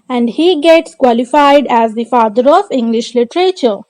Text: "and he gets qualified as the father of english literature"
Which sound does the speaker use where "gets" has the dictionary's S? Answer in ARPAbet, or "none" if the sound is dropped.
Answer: S